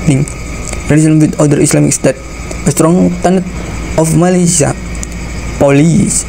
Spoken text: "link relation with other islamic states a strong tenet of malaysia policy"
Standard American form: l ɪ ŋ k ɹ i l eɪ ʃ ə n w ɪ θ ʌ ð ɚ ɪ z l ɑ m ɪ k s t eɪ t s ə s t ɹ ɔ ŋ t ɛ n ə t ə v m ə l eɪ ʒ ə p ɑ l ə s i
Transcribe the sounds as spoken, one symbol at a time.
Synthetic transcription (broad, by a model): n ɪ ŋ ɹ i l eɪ s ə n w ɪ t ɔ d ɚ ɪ s l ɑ m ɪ k s t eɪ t ə s t ɹ ɔ ŋ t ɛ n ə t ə f m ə l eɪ s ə p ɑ l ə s